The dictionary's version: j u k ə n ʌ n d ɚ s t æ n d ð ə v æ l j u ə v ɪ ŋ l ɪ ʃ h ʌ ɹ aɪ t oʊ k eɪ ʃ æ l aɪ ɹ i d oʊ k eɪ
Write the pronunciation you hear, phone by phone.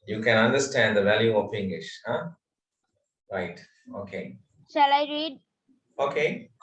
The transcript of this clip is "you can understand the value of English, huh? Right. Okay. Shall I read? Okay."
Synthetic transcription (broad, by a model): j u k ə n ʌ n d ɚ s t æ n d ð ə v æ l j u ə p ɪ ŋ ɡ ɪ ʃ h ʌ ɹ aɪ t oʊ k eɪ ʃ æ l aɪ ɹ i d oʊ k eɪ